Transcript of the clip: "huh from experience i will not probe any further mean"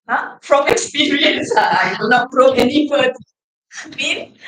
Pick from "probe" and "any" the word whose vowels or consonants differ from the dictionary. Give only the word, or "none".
probe